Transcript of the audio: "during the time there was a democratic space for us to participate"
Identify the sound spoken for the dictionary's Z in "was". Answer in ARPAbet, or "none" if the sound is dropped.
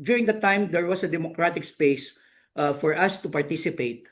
S